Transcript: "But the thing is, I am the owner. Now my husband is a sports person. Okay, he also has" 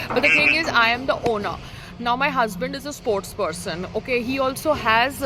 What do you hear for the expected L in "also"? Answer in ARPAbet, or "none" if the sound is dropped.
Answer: L